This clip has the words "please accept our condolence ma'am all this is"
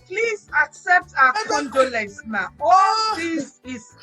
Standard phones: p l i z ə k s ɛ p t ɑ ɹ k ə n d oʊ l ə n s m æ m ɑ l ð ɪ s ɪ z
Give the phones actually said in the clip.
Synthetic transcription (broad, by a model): p l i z ə k s ɛ p t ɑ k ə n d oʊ l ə s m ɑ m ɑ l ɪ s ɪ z